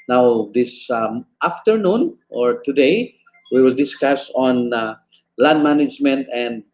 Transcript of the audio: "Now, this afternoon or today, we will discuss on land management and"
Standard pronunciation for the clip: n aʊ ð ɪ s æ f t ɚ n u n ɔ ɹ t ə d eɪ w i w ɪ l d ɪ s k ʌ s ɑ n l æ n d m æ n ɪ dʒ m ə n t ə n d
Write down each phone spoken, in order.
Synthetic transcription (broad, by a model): n aʊ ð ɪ s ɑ f t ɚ n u n ɔ ɹ t ə d eɪ w i w ɪ l d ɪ s k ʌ s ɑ n l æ n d m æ n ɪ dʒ m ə n t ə n d